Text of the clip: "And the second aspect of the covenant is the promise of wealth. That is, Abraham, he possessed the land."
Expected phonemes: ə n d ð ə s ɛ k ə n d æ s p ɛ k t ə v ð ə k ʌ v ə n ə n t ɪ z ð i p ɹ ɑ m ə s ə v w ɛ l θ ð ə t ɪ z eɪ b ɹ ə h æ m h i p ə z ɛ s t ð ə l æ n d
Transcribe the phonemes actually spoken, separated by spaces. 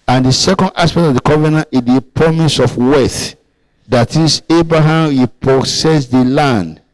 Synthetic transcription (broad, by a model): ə n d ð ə s ɛ k ə n d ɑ s p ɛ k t ə v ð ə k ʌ v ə n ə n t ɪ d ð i p ɹ ɑ m ə s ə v w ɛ θ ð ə t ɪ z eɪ b ɹ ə h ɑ m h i p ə s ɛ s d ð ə l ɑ n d